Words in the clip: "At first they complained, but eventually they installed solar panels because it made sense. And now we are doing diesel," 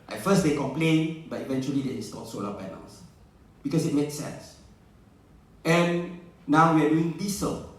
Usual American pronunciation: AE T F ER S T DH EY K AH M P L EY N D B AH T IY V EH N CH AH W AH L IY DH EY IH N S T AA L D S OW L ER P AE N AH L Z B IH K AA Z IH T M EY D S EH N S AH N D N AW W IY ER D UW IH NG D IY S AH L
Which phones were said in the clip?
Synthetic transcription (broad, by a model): T F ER S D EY K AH M P L EY N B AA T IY V EH N CH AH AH L IY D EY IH S T AA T S OW L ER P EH N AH L S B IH K AA S IH T M EY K S EH N S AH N N AW W IY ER D UW IH NG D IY S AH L